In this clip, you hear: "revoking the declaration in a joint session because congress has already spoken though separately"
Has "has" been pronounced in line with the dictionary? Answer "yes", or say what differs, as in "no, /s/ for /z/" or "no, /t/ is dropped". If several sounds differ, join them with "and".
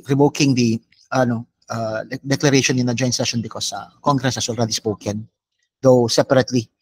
no, /s/ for /z/